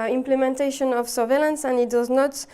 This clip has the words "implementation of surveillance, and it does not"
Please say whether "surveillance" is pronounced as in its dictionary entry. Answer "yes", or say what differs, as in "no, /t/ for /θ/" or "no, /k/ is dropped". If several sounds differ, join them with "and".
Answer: yes